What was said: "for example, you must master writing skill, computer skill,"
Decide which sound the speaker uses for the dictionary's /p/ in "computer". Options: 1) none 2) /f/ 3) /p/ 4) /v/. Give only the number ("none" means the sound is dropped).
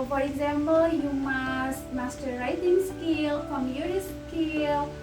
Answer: 1